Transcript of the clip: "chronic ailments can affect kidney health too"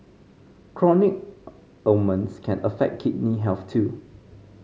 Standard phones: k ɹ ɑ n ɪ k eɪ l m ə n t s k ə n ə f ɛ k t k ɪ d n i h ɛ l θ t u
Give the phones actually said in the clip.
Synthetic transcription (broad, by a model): k ɹ ɑ n ɪ k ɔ m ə n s k ə n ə f ɛ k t k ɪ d n i h ɛ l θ t u